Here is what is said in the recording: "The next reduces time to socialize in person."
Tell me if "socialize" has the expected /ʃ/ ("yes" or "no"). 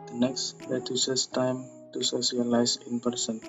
no